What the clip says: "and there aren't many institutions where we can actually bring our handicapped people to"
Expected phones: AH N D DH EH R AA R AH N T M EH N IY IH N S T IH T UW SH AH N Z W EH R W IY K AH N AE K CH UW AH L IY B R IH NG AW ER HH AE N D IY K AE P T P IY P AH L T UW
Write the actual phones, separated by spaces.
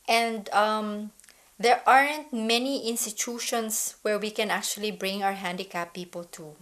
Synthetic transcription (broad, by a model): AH N D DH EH R AA R AH N T M EH N IY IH N S T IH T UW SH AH N S W EH R W IY K AH N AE K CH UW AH L IY B R IH NG AW ER HH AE N D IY K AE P P IY P AH L T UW